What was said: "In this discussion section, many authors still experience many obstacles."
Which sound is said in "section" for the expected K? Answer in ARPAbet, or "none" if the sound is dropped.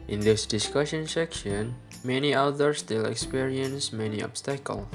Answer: K